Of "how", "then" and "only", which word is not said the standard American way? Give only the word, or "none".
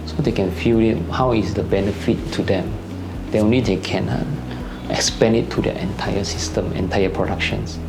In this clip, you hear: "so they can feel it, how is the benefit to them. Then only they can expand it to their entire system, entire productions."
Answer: then